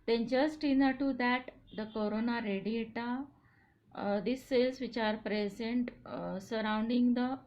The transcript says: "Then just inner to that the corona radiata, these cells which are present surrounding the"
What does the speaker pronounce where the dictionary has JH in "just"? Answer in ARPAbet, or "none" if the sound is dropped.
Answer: CH